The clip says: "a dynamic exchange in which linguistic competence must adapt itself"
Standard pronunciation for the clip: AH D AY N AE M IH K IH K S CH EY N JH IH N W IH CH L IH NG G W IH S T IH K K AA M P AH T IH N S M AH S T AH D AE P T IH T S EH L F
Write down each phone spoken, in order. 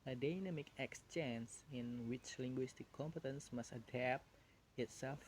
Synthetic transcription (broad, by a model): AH D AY N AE M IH K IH K S CH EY N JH IH N W IH CH L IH NG G W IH S T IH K K AA M P AH T IH N S M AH S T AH D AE P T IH T S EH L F